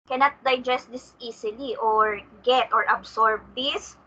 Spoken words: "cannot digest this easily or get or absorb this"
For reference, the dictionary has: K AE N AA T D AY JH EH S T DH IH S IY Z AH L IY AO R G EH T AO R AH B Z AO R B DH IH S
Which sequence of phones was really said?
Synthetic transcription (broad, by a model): K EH N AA T D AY JH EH S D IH S IY S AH L IY AO R G EH T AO R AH B S AO R B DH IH S